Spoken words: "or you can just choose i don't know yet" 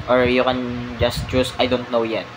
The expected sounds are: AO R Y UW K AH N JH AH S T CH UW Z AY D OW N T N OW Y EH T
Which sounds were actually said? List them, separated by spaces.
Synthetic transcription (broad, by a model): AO R Y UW K AH N JH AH S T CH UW S AY D OW N T N OW Y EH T